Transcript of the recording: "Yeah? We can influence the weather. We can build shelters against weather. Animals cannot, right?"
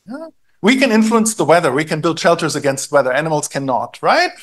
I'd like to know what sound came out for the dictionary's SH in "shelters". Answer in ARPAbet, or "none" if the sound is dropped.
SH